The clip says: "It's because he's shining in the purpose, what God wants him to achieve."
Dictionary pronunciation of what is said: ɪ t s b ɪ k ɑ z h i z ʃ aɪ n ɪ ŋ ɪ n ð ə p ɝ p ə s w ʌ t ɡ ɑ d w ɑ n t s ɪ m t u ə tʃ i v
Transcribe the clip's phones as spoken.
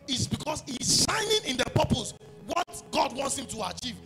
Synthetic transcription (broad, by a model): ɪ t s b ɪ k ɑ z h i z ʃ aɪ n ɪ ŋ ɪ n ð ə p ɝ p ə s w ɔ t ɡ ɑ d w ɑ n t s ɪ m t u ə tʃ i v